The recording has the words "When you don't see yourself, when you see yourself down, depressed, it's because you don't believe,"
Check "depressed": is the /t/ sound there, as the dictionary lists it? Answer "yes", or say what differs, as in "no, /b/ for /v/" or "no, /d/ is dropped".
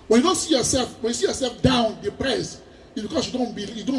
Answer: no, /t/ is dropped